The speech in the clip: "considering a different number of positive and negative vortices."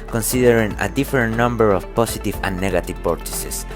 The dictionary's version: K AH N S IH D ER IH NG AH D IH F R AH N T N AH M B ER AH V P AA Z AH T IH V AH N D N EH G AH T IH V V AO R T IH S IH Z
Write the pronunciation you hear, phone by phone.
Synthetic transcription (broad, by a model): K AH N S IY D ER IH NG AH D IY F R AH N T N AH M B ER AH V P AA S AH T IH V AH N N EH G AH T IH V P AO R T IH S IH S